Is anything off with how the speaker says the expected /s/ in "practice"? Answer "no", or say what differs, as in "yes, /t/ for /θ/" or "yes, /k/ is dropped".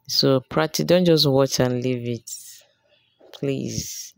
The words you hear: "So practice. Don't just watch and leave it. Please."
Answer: yes, /s/ is dropped